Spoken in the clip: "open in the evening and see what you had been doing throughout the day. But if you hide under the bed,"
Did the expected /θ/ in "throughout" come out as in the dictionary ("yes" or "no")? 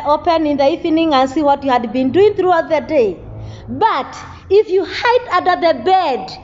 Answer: yes